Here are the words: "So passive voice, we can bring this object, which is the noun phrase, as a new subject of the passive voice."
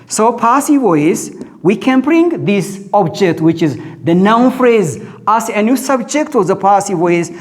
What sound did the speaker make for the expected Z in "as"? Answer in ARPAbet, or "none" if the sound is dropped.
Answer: S